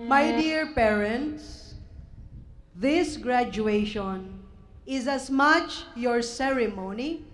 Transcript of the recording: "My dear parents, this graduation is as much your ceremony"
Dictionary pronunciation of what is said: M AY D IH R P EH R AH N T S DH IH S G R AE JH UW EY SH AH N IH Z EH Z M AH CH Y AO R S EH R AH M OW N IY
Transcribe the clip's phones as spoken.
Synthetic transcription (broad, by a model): M AY D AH R P EH R AH N T S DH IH S G R AE JH UW EY SH AH N IH Z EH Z M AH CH Y AO R S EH R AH M OW N IY